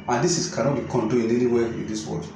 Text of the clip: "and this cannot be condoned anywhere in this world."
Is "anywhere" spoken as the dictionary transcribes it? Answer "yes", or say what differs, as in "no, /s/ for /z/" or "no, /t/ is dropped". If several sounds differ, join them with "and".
no, /w/ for /ɹ/